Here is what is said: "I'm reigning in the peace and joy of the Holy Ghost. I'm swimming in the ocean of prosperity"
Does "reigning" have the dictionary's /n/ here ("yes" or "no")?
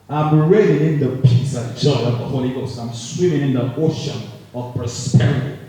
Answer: no